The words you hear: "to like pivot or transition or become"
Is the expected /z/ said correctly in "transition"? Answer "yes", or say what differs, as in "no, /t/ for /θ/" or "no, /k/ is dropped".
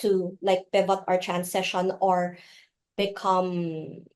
no, /s/ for /z/